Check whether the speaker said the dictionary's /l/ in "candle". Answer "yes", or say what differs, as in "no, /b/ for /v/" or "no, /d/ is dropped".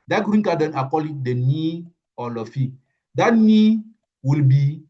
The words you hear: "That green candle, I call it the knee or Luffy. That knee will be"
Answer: no, /n/ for /l/